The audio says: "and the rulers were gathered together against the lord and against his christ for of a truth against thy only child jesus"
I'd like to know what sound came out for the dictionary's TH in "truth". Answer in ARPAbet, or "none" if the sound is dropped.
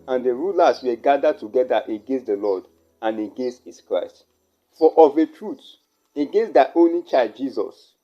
T